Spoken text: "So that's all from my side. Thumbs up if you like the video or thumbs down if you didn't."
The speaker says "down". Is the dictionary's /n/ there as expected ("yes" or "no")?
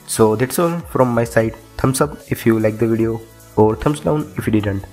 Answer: yes